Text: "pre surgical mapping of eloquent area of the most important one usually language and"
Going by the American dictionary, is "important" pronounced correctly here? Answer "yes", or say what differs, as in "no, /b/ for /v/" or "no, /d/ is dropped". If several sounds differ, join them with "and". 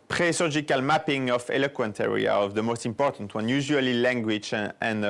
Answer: yes